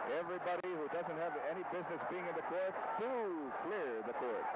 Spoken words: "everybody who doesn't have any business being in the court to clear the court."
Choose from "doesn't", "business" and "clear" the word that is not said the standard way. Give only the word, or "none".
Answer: none